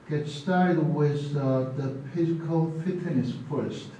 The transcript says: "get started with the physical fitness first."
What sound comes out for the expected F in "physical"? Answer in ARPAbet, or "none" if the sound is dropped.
P